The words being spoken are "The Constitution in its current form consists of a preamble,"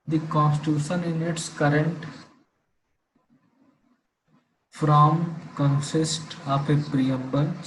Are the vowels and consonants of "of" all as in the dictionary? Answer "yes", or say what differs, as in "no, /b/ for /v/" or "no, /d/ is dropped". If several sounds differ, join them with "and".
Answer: no, /p/ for /v/